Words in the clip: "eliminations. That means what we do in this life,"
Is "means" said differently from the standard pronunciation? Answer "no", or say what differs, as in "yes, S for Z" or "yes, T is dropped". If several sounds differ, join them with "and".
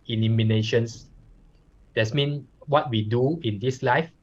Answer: yes, Z is dropped